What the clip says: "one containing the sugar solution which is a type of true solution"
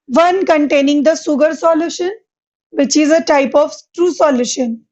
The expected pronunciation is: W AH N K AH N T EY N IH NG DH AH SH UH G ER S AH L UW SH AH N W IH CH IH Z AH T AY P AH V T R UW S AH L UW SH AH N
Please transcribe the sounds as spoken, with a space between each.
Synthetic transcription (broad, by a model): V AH N K AH N T EY N IH NG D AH S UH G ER S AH L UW SH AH N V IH CH IH Z AH T AY P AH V T R UW S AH L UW SH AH N